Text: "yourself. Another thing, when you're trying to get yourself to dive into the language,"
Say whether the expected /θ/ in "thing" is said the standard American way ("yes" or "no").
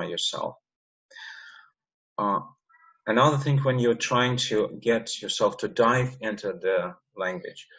yes